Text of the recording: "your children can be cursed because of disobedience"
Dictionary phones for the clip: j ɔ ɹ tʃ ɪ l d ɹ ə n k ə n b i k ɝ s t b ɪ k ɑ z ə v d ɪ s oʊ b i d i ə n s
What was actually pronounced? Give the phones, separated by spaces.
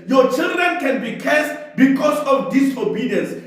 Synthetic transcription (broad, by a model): j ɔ tʃ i l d ɹ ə n k ə n b i k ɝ s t b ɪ k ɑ s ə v d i s oʊ b i d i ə n s